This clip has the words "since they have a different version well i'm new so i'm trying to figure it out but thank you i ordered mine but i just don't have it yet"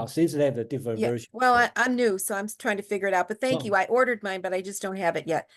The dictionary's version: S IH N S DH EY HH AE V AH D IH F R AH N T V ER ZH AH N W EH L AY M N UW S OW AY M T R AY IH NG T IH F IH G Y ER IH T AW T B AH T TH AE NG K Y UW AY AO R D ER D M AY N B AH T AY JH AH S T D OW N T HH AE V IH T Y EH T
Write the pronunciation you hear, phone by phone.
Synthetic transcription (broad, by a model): S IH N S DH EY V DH AH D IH F R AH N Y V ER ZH W EH L AY M N UW S OW AY M T R AY IH NG T IH F IH G Y ER IH T AW T B AH T TH AE K Y UW AY AO R D ER D M AY N B AH T AY JH AH S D OW N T HH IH V IH T Y EH T